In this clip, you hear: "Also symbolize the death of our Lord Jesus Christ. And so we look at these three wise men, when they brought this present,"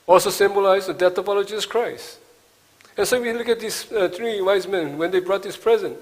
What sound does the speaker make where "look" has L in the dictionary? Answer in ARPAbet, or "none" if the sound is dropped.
L